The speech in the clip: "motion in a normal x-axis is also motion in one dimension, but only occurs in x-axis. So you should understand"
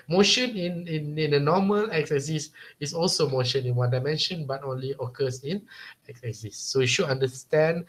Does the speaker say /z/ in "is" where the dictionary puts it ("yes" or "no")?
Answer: no